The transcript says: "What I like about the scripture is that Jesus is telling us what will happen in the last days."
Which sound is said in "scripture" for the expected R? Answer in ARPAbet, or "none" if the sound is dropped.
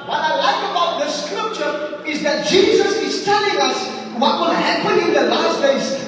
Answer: R